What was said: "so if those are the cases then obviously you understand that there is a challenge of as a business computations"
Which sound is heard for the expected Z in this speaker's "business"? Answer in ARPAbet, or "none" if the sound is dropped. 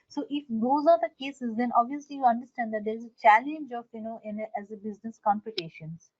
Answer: Z